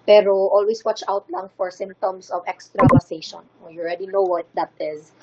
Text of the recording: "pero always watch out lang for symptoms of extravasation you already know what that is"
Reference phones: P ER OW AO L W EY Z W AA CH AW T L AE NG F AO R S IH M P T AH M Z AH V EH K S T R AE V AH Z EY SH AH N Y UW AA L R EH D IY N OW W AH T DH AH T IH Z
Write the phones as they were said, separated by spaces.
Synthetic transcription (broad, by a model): P ER OW AO L W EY S W AA CH AW T L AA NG F AO R S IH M T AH M S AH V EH K S T R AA P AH S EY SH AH N Y AA L R EH D IY N OW W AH T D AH T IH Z